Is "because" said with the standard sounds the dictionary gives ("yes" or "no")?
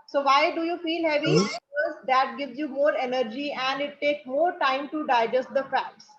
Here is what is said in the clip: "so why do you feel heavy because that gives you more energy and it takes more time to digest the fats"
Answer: no